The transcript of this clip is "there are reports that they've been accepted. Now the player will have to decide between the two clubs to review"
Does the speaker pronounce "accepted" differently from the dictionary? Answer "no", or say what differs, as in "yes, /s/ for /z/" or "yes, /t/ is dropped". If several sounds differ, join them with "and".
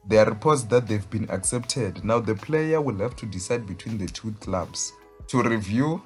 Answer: no